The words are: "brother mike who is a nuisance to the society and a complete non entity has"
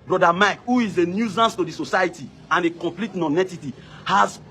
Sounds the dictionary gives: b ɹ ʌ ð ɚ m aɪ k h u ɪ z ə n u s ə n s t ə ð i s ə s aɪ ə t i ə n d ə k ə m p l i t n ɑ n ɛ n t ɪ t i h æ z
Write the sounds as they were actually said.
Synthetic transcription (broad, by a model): b ɹ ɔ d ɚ m aɪ k h u ɪ z ə n u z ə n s t ə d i s ə s aɪ ə t i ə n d ə k ə m p l i t n ɑ n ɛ t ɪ t i h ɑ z